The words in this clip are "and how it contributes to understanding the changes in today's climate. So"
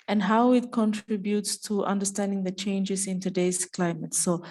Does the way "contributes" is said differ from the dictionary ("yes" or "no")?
no